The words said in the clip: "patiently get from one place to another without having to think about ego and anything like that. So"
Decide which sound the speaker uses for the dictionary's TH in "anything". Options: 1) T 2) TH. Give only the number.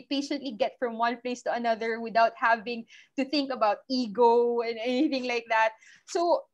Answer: 2